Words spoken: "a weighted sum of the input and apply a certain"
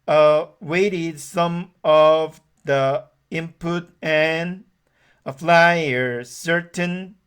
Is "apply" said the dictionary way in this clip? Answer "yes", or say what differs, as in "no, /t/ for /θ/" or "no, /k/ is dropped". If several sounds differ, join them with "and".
no, /f/ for /p/